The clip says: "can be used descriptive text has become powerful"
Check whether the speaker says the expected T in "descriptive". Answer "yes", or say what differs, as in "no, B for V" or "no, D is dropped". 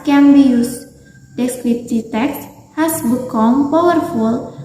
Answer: no, S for T